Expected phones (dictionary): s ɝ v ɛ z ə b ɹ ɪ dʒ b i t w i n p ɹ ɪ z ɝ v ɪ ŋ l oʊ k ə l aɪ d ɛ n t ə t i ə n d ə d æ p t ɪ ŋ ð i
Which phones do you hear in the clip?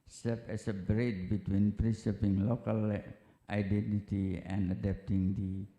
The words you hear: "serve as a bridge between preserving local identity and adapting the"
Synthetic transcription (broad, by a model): s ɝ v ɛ s ə b ɹ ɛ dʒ b i t w i n p ɹ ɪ s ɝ p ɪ ŋ l oʊ k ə l aɪ d ɛ n t ə t i ə n d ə d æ p t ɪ ŋ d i